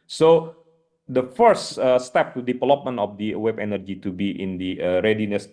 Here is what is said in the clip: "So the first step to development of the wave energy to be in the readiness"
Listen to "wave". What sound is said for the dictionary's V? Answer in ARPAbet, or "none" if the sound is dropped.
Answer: B